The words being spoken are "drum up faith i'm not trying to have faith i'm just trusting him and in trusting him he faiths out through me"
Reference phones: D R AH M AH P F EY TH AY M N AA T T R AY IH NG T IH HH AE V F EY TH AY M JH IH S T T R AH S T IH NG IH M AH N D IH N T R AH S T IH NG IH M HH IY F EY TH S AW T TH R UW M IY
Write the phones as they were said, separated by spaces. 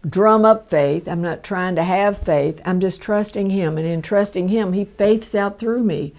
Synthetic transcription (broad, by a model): D R AH M AH P F EY TH AY M N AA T T R AY IH NG T IH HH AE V F EY TH AY M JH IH S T T R AH S T IH NG IH M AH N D IH N T R AH S T IH NG IH M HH IY F EY TH S AW T TH R UW M IY